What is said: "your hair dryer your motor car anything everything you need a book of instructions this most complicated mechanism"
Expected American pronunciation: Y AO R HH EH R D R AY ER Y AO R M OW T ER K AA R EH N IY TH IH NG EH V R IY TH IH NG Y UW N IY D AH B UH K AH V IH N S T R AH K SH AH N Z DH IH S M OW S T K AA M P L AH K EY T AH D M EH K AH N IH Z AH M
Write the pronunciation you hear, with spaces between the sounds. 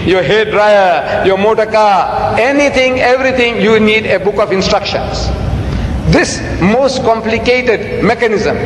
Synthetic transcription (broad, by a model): Y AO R HH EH D R AY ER Y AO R M OW T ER K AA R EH N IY T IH NG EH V R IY T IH NG Y UW N IY D AH B UH K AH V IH N S T R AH K SH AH N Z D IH S M OW S T K AA M P L AH K EY T AH D M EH K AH N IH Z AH M